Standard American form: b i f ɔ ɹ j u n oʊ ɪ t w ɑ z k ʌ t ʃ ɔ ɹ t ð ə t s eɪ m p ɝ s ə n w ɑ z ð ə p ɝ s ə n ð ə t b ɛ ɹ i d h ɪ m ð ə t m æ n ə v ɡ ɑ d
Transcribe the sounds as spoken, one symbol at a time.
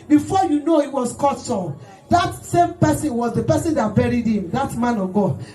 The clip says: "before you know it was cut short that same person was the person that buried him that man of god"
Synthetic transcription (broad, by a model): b i f ɔ j u n oʊ ɪ t w ɑ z k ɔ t s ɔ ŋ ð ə t s eɪ m p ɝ s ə n w ɑ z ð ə p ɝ s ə n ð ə t b ɛ ɹ i d h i m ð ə t m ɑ n ə v ɡ ɑ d